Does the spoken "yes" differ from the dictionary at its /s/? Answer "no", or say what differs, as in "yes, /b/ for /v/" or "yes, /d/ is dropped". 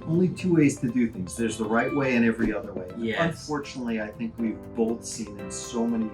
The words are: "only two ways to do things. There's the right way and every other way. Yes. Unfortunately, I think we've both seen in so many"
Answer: yes, /s/ is dropped